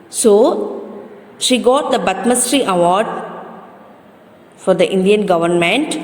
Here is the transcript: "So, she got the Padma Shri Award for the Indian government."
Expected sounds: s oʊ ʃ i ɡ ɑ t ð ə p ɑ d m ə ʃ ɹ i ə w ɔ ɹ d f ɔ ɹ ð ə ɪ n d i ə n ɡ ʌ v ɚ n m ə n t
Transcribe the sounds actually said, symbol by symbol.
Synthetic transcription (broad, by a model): s oʊ ʃ i ɡ ɑ t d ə b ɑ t m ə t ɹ i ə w ɔ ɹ d f ɔ ɹ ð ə ɪ n d i ə n ɡ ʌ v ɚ n m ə n t